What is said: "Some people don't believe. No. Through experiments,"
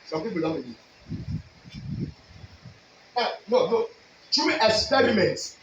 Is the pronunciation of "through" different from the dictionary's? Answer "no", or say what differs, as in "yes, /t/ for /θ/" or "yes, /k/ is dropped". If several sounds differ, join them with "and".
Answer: yes, /t/ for /θ/